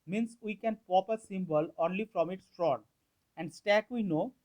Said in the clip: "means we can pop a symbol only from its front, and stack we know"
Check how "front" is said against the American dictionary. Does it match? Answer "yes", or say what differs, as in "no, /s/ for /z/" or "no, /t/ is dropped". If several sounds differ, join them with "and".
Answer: no, /t/ is dropped